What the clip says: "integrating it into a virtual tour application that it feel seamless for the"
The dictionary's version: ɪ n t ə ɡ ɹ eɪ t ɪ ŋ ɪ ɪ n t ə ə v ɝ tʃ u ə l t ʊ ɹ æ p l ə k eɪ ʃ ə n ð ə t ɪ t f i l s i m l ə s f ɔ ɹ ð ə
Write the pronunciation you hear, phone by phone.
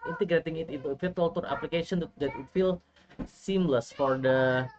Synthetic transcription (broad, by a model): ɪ n t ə ɡ ɹ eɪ t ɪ ŋ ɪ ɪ t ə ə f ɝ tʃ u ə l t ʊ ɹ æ p l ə k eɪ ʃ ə n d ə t ɪ t f i l s i m l ə s f ɔ ɹ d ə